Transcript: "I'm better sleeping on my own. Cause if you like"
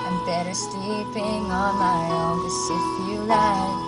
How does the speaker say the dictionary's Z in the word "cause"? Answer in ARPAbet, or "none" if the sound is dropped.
S